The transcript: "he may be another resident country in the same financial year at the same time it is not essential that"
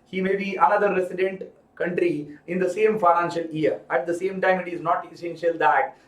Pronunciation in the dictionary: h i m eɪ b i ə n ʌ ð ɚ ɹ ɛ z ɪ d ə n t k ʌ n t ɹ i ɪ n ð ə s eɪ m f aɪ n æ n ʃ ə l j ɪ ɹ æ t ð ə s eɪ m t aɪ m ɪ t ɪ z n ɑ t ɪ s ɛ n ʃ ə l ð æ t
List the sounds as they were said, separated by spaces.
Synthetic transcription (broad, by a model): h i m eɪ b i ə n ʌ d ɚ ɹ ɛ s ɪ d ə n t k ʌ n t ɹ i ɪ n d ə s eɪ m f aɪ n æ n ʃ ə l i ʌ ɹ æ t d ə s eɪ m t aɪ m ɪ t ɪ z n ɑ t ɪ s ɛ n ʃ ə l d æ t